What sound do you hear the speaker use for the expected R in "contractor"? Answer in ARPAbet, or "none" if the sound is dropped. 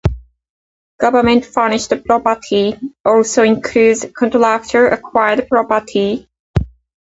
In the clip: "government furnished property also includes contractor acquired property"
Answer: L